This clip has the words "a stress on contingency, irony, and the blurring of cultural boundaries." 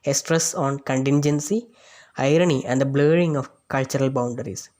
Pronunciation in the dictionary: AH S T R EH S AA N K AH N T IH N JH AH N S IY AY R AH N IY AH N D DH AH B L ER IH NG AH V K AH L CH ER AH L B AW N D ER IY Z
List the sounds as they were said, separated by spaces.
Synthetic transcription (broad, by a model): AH S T R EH S AA N K AH N T IH N JH AH N S IY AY R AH N IY AH N D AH B L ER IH NG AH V K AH L CH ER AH L B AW N D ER IY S